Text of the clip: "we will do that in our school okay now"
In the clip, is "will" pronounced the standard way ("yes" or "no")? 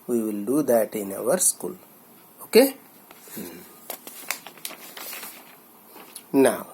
yes